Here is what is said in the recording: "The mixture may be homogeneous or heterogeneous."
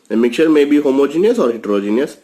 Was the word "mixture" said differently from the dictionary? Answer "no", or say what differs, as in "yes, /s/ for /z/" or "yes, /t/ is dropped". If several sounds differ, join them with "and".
yes, /s/ is dropped